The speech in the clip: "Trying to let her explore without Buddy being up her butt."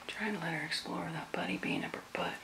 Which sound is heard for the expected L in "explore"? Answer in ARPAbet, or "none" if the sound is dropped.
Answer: L